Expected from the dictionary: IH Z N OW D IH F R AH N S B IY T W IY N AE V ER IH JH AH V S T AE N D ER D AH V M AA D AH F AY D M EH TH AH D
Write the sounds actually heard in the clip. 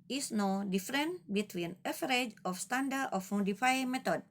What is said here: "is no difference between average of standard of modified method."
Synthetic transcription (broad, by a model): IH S N OW D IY F R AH N B IY T W IY N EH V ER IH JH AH F S T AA N D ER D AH F M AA D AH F AY M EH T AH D